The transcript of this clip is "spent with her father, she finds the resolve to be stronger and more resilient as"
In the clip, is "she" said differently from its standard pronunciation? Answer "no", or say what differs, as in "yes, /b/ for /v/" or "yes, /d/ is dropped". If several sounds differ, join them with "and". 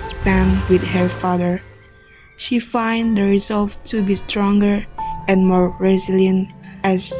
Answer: no